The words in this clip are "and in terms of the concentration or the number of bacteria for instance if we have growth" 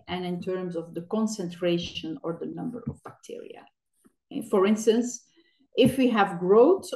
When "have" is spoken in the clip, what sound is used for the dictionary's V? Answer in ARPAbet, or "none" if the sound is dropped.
V